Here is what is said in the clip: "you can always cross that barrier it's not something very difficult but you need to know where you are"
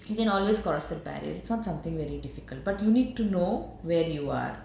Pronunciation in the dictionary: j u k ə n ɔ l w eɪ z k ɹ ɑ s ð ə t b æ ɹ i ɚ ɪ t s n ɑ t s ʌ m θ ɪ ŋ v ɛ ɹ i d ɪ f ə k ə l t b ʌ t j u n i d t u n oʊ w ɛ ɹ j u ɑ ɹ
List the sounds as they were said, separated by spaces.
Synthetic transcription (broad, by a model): j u k ə n ɔ l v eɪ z k ɑ s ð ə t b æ ɹ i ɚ ɪ t s n ɑ t s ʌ m t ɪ ŋ v ɛ ɹ i d ɪ f ə k ə l t b ʌ t j u n i d t u n oʊ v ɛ ɹ j u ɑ ɹ